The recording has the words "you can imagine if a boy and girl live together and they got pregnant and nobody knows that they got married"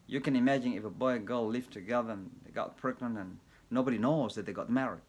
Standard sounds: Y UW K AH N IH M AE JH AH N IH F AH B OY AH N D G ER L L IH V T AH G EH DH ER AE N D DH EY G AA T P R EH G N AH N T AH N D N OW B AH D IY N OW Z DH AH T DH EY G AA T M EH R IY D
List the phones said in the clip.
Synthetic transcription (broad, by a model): Y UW K AH N IH M AE JH AH N IH F AH B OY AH G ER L L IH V T AH G EH DH ER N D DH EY G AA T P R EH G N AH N AH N N OW B AH D IY N OW Z DH AH T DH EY G AA T M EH R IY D